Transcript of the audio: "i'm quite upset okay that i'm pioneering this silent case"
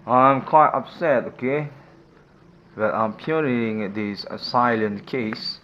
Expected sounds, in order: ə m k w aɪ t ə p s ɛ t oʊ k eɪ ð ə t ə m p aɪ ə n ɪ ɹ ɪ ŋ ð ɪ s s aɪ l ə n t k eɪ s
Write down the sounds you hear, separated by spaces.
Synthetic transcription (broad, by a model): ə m k w aɪ t ə p s ɛ t oʊ k eɪ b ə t ə m p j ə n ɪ ɪ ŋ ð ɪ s s aɪ l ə n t k eɪ s